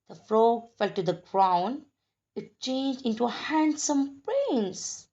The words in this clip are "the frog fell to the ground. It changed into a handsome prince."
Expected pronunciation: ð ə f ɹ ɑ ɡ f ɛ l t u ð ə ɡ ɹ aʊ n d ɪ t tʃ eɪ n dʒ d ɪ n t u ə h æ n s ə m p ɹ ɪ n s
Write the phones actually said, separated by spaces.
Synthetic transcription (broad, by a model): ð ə f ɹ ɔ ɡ f ɛ l t u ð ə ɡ ɹ aʊ n ɪ t tʃ eɪ n dʒ d ɪ n t u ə h æ n s ə m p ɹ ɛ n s